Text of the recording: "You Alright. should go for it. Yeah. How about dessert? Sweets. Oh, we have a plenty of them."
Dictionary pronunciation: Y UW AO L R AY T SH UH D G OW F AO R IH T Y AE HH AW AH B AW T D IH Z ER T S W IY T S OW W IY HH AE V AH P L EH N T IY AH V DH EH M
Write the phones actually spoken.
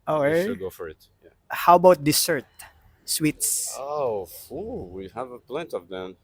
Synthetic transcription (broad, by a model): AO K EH G OW F AO R IH T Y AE HH AW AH B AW T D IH S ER T S W IY T S OW W IY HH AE V AH P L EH N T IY AH V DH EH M